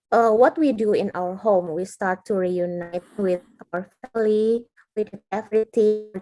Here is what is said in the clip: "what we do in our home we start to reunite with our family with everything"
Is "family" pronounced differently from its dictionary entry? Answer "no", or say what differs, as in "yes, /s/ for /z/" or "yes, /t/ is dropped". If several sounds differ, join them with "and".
yes, /w/ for /l/